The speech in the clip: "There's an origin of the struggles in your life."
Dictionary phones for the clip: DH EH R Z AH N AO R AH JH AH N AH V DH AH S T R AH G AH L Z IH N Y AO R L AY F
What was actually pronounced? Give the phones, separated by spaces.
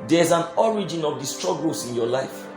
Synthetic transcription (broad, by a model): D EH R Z AH N AO R AH JH AH N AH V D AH S T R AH G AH L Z IH N Y AO L AY F